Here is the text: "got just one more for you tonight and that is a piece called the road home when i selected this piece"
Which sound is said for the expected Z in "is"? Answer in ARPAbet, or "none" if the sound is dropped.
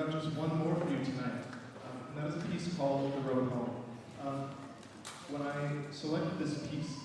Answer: Z